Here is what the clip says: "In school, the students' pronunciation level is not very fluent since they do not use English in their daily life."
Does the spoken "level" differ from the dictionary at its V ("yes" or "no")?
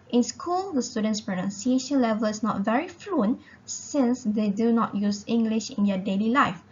no